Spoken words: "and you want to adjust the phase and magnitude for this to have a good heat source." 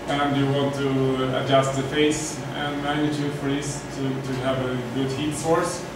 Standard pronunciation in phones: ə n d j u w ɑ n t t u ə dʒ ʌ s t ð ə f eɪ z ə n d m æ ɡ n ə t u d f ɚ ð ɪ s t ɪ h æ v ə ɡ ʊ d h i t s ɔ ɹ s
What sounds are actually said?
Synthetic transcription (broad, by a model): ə n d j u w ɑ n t t u ə dʒ ʌ s t ð ə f eɪ s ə n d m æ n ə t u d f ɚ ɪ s t ɪ h æ v ə ɡ ʊ d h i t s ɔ ɹ s